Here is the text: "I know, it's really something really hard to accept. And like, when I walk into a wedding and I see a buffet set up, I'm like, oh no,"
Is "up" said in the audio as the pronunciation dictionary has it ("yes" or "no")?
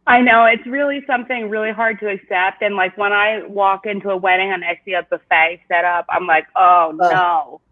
yes